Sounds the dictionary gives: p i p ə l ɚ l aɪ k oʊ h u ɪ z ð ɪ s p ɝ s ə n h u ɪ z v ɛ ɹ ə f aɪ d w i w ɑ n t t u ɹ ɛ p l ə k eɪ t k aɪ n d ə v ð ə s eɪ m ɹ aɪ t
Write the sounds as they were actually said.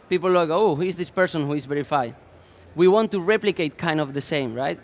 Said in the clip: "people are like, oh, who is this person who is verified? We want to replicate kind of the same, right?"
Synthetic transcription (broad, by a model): p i p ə l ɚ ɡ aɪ oʊ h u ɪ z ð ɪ s p ɝ s ə n h u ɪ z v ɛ ɹ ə f aɪ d w i w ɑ n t t u ɹ ɛ p l ə k eɪ t k aɪ n d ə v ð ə s eɪ m ɹ aɪ t